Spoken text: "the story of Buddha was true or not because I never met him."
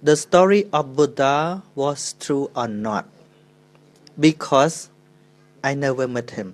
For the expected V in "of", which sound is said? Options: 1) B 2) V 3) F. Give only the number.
3